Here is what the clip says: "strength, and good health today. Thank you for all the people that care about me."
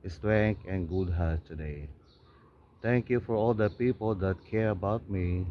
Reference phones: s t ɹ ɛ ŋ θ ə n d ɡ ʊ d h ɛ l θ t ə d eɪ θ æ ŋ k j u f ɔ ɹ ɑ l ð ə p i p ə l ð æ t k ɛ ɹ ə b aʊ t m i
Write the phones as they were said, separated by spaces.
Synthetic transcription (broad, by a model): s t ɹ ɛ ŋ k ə n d ɡ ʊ d h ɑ t ə d eɪ t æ ŋ k j u f ɔ ɹ ɑ l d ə p i p ə l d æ t k ɛ ɹ ə b aʊ t m i